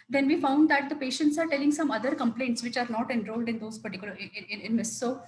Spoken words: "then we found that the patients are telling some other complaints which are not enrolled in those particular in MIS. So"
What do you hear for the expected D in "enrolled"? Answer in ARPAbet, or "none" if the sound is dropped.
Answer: D